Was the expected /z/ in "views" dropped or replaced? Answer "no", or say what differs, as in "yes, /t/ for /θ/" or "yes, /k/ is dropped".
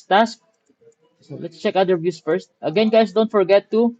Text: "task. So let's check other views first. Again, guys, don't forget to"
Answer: yes, /s/ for /z/